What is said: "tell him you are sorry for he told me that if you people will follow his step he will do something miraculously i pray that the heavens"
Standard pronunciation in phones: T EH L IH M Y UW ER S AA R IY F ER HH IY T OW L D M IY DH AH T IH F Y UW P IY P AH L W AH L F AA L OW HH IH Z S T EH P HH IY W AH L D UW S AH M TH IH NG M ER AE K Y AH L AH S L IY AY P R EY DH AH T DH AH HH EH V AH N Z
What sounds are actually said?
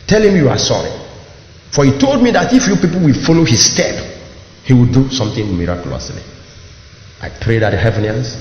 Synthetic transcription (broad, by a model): T EH L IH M Y UW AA S AA R IY F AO HH IY T OW L D M IY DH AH T IH F Y UW P IY P AH L W AH L F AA L OW HH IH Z S T EH P HH IY W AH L D UW S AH M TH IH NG M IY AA K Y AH L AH S L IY AY P R EY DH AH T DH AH HH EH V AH N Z